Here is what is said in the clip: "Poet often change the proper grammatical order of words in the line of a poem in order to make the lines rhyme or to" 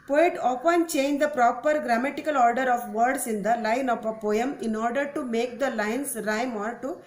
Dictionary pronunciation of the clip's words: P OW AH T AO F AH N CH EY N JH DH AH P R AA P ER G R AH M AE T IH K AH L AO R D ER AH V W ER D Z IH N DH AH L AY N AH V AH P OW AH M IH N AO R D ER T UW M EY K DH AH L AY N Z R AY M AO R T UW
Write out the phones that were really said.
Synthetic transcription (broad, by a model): P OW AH T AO P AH N CH EY N JH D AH P R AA P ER G R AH M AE T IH K AH L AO R D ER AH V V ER D S IH N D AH L AY N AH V AH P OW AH M IH N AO R D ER T UW M EY K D AH L AY N S R AY M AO R T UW